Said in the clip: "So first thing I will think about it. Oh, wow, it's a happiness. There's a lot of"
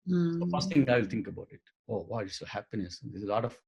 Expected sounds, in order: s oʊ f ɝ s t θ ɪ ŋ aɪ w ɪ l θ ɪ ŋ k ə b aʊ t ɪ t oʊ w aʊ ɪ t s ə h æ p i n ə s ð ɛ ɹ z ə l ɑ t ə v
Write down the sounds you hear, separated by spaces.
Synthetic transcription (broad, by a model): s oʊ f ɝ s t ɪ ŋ aɪ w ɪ l t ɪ ŋ k ə b aʊ t ɪ t oʊ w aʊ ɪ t s ə h æ p i n ə s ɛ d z ə l ɑ t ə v